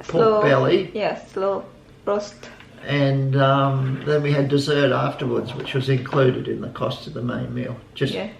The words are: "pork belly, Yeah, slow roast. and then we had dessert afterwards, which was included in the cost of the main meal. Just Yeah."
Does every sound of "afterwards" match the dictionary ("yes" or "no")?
yes